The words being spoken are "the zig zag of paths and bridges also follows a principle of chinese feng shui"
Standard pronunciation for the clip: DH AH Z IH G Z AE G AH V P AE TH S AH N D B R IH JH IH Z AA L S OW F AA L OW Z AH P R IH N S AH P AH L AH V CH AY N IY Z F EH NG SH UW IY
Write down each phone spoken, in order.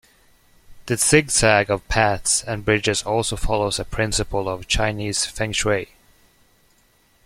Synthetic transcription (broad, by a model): DH AH S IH G S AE G AH V P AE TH S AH N B R IH JH IH Z AA L S OW F AA L OW Z AH P R IH N S AH P AH L AH V CH AY N IY Z F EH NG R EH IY